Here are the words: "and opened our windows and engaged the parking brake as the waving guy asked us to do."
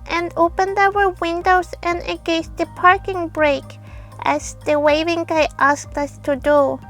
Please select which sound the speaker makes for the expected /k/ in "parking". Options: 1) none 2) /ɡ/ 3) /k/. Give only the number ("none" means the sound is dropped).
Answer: 3